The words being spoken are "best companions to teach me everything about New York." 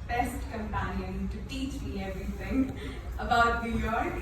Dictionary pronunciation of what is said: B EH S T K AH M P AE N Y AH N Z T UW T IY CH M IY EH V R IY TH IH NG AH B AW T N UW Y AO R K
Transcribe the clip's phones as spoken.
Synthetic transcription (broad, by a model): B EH S T K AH M P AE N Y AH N T UW T IY CH M IY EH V R IY T IH NG AH B AW T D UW Y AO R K